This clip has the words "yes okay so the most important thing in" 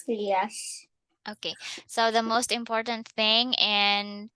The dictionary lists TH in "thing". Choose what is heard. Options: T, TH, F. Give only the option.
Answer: TH